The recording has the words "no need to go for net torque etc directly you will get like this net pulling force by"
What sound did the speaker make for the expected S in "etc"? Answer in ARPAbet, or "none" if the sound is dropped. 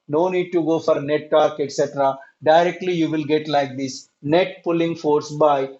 S